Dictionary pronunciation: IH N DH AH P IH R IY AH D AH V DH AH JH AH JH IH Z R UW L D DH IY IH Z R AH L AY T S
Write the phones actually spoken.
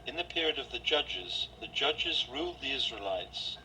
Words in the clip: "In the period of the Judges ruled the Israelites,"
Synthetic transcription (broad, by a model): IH N DH AH P IH R IY AH D AH V DH AH JH AH JH IH Z R UW L D DH IY IH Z R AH L AY T S